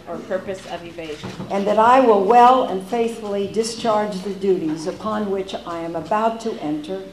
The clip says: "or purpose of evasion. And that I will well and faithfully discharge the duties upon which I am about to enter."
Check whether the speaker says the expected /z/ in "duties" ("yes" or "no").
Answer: yes